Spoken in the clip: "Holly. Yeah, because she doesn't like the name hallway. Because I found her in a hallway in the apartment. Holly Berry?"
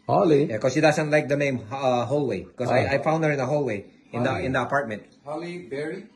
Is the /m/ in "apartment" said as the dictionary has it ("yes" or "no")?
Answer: yes